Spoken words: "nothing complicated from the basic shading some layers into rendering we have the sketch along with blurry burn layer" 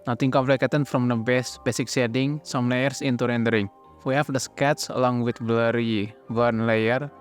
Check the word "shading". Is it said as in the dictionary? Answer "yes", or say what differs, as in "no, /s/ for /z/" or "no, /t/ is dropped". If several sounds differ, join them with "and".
no, /s/ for /ʃ/